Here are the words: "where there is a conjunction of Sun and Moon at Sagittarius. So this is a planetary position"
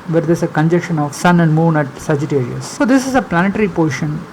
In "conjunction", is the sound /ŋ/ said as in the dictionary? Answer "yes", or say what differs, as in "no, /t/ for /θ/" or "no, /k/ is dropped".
no, /ŋ/ is dropped